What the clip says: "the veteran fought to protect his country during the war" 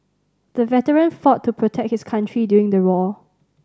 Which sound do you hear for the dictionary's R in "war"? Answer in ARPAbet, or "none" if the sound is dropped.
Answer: L